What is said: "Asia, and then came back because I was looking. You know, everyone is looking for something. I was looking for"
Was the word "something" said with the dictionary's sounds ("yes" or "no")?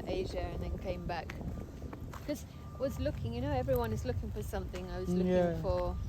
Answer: yes